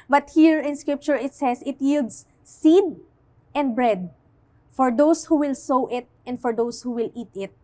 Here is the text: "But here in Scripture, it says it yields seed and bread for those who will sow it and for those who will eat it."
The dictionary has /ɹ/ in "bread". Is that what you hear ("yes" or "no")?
yes